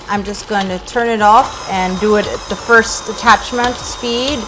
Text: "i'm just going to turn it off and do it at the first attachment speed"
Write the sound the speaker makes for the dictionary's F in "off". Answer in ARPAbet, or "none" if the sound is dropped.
F